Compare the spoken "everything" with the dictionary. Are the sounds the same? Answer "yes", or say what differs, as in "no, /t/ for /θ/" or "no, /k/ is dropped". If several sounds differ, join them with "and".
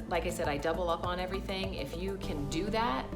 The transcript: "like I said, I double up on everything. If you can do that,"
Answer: yes